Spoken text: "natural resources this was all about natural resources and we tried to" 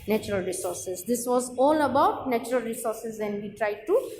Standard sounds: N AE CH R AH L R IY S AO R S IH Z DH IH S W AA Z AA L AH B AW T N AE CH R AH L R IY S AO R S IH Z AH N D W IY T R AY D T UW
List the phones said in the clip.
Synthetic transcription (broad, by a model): N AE CH R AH L R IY S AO R S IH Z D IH S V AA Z AA L AH B AW T N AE CH R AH L R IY S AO R S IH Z AH N D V IY T R AY D T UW